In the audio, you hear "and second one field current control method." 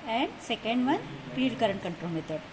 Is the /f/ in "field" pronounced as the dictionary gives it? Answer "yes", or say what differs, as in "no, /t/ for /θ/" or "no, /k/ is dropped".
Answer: no, /p/ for /f/